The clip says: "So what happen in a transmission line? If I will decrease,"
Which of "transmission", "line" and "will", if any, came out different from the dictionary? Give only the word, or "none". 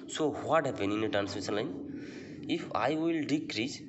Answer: transmission